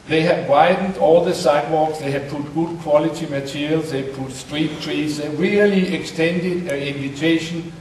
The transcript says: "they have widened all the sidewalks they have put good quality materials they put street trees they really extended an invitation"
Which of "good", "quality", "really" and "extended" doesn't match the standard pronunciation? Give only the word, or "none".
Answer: none